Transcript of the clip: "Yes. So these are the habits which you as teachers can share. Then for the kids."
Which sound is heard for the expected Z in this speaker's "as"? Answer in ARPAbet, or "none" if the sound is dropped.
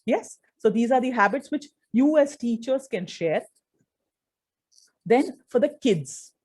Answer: S